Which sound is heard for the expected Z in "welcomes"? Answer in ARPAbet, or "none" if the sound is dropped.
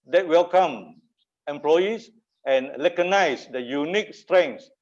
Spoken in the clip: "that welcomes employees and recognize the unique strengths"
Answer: none